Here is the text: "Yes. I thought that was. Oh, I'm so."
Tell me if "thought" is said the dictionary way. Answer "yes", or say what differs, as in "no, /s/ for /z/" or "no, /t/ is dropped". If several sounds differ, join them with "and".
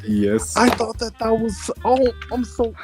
yes